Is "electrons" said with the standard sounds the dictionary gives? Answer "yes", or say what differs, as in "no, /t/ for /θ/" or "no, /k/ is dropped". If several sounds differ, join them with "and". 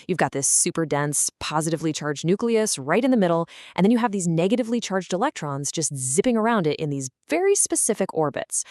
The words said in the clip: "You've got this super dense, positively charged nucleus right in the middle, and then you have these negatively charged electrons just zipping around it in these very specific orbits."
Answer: yes